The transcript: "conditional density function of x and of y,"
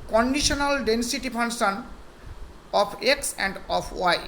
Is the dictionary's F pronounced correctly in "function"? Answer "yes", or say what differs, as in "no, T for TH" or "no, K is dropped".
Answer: no, P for F